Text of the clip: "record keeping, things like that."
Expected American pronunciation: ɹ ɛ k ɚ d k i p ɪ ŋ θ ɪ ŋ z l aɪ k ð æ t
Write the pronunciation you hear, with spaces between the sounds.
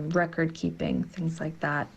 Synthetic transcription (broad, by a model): ɹ ɛ k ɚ d k i p ɪ ŋ θ ɪ ŋ z l aɪ k ð æ t